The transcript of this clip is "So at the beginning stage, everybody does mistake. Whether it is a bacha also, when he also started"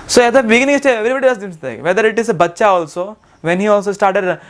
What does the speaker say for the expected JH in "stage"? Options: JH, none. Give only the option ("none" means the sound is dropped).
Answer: none